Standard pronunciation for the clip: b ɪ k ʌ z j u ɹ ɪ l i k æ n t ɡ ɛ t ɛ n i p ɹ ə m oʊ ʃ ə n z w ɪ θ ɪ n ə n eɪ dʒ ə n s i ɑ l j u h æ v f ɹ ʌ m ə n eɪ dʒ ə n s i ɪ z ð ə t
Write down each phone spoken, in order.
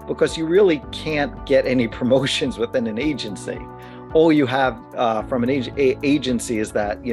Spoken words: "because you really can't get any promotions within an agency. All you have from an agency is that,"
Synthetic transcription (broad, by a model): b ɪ k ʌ z j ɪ ɹ ɪ l i k æ n ɡ ɛ t ɛ n i p ɹ ə m oʊ ʃ ə n z w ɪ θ ɪ n ə n eɪ dʒ ə n s i ɑ l j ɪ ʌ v f ɹ ʌ m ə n eɪ dʒ ə n s i ɪ z ð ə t